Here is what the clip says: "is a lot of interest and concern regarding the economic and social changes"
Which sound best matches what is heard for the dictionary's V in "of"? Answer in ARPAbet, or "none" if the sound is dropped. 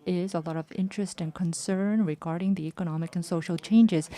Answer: V